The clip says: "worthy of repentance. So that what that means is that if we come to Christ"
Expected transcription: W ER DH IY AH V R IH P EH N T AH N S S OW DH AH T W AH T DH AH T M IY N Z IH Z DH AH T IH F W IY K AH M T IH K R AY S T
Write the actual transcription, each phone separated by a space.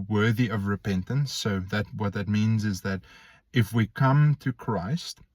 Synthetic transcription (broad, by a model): W ER DH IY AH V R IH P EH N T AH N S S OW DH AH T W AH T DH AH T M IY N Z IH Z DH AH T IH F W IY K AH M T IH K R AY S T